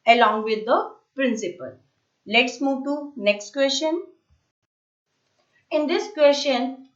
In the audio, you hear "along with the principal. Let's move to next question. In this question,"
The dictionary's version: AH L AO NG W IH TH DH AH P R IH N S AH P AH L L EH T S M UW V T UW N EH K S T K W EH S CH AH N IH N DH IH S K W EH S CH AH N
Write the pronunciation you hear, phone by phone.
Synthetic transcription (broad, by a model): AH L AO NG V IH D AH P R IH N S AH P AH L L EH T S M UW V T UW N EH K S T K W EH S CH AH N IH N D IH S K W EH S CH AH N